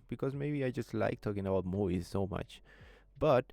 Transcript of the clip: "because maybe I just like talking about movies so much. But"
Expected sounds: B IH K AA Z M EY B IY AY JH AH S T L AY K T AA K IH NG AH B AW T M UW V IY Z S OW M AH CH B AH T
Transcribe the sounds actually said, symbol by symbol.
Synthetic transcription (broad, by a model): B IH K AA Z M EY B IY AY JH AH S T L AY K T AA K IH NG AH B AW T M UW IY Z S OW M AH CH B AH T